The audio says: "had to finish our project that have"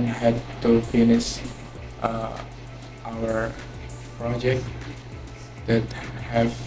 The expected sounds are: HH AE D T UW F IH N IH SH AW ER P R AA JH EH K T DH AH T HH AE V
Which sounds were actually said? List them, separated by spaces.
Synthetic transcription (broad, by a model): HH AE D T UW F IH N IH S AW ER P R AA JH EH K T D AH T HH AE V